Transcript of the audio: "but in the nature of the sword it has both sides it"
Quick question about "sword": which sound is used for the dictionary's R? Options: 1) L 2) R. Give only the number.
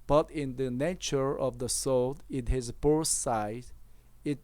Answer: 1